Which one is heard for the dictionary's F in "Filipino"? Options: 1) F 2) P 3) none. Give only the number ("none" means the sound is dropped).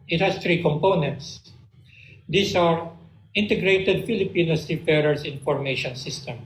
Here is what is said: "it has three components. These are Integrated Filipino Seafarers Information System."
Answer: 1